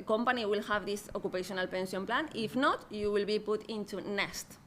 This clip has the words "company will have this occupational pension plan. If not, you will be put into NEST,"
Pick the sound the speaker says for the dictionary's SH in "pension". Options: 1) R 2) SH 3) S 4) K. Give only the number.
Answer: 3